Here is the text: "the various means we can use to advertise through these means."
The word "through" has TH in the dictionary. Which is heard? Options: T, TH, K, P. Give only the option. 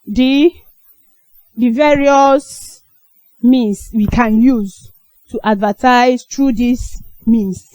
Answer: T